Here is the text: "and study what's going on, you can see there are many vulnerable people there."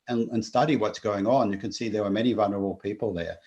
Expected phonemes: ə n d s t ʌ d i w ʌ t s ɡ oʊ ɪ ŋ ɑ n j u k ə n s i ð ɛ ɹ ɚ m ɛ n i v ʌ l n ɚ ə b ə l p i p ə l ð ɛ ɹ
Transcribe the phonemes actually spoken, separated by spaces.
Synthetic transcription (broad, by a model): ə n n s t ʌ d i w ʌ t s ɡ oʊ ɪ ŋ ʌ n j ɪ k ə n s i ð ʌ ɹ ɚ m ɛ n i v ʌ l n ɚ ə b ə l p i p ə l ð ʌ ɹ